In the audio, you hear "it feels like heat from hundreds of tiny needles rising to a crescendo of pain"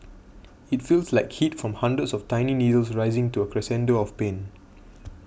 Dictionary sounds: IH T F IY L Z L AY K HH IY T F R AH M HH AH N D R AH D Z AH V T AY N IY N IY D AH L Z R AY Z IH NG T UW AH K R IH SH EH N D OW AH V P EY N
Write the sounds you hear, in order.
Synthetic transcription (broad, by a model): IH T F IY L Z L AY K HH IY T F R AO M HH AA N D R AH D S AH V T AY N IY N IY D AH L S R AY Z IH NG T UW AH K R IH S EH N D OW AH F P EY N